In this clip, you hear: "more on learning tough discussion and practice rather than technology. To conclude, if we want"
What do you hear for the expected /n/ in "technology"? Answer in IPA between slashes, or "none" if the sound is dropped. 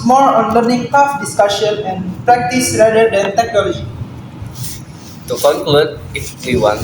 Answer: none